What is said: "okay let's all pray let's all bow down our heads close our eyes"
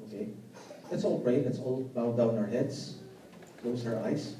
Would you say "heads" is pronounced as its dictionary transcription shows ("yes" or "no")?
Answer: no